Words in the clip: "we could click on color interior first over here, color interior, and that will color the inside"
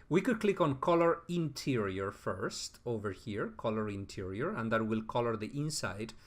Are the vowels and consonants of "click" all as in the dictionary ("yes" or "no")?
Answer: yes